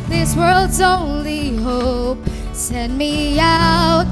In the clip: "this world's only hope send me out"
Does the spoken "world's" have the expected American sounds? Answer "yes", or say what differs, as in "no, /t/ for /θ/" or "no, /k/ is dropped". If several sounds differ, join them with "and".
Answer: yes